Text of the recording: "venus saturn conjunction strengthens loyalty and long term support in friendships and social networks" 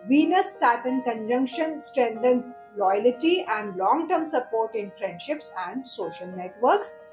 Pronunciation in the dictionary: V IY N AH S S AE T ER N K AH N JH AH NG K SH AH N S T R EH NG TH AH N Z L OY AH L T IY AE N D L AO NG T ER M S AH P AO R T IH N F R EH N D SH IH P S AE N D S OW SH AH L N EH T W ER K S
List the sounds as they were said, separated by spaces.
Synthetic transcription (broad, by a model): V IY N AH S S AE T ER N K AH N JH AH NG K SH AH N S T R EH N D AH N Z L OY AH L T IY AE N D L AO NG T ER M S AH P AO R T IH N F R EH N D SH IH P S AE N D S OW SH AH L N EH T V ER K S